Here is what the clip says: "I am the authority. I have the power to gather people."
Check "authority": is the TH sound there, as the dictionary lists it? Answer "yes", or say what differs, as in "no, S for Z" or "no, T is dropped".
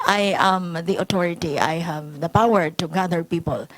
no, T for TH